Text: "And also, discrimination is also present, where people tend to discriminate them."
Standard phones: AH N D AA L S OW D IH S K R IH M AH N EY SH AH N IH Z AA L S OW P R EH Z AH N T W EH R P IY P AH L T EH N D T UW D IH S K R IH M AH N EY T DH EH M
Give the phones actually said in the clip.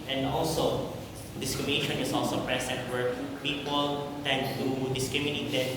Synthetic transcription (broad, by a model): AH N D AA L S OW D IH S K R IH M AH N EY SH AH N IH S AA L S OW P R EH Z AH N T W EH R P IY P AH L T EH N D T UW D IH S K R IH M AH N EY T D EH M